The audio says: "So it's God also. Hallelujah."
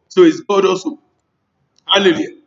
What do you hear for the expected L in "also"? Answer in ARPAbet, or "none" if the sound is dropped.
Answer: none